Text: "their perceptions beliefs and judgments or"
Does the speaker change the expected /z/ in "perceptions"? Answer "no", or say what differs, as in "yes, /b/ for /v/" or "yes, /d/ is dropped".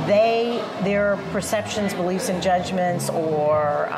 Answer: no